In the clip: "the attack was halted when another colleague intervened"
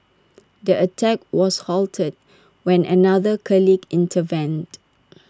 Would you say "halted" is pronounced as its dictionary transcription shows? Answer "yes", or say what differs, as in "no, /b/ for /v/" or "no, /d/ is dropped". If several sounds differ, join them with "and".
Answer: yes